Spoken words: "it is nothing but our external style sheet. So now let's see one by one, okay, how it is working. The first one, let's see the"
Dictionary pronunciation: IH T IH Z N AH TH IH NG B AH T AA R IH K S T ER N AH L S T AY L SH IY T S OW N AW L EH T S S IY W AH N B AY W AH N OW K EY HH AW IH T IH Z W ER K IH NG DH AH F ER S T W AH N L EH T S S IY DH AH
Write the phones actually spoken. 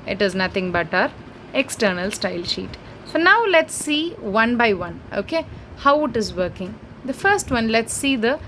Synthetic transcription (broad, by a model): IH T IH Z N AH T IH NG B AH T AA R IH K S T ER N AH L S T AY L SH IY T S OW N AW L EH T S S IY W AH N B AY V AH N OW K EY HH AW IH T IH Z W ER K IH NG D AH F ER S T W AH N L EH T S S IY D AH